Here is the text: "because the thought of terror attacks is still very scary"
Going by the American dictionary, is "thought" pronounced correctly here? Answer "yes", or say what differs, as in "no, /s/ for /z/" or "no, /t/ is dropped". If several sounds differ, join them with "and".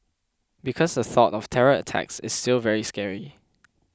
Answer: yes